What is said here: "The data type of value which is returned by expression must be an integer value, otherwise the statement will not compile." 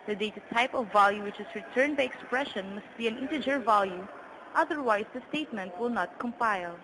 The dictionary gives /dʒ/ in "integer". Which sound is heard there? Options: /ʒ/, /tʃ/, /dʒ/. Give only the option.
/dʒ/